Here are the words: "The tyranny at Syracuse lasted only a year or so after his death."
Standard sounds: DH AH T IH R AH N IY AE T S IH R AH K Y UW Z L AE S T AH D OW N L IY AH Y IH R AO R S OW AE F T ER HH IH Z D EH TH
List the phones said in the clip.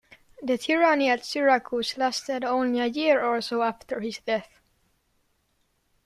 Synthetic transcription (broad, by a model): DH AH T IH R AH N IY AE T S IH R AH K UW S L AE S T AH D OW N L IY AH Y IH R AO L S OW AE F T ER HH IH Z D EH TH